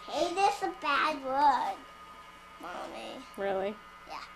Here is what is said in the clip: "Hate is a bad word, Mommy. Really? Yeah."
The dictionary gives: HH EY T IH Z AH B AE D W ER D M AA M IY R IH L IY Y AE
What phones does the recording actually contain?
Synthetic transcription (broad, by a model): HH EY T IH S AH B AE D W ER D M AA M IY R IH L IY Y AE